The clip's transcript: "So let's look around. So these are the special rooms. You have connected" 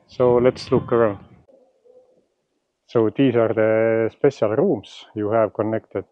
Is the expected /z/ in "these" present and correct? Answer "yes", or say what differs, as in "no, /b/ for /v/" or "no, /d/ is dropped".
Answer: no, /s/ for /z/